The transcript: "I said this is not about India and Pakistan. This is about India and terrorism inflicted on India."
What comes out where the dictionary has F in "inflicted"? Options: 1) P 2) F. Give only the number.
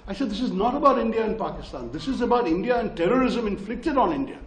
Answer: 2